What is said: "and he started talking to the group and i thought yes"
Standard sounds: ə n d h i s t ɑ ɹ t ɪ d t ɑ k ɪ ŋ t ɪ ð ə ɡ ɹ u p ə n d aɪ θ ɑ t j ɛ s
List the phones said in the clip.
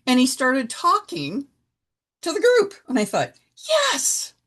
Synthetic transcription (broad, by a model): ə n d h i s t ɑ ɹ t ɪ d t ɑ k ɪ ŋ t ɪ ð ə ɡ ɹ u p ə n aɪ θ ɑ t j ɛ s